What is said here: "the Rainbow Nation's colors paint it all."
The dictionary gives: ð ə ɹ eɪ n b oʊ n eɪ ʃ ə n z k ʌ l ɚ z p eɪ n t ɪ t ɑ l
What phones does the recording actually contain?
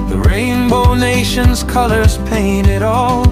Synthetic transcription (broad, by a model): ð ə ɹ eɪ n b oʊ n eɪ ʃ ə n z k ʌ l ɚ z p eɪ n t ɪ t ɑ l